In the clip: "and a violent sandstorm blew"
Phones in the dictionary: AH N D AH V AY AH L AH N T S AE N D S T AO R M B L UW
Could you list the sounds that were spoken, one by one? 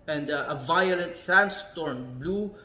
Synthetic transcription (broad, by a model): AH N D AH V AY AH L AH N T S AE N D S T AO R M B L UW